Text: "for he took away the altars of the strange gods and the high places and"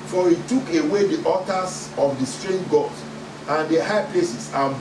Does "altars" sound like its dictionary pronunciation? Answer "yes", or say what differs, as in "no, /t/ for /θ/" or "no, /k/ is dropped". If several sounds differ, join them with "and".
no, /l/ is dropped